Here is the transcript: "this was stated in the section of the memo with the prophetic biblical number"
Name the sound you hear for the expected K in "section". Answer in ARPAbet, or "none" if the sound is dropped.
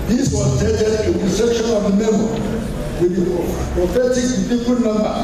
K